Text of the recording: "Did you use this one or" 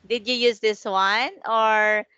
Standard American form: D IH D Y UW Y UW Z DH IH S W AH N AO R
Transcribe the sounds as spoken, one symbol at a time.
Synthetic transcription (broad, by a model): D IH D Y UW Y UW Z DH IH S W AH N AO R